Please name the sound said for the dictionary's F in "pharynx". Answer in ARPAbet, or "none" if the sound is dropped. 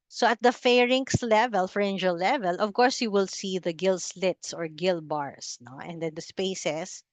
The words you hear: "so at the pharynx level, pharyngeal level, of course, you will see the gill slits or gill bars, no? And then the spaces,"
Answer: F